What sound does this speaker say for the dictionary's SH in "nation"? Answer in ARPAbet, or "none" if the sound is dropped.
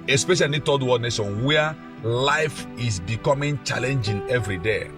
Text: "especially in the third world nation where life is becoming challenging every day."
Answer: S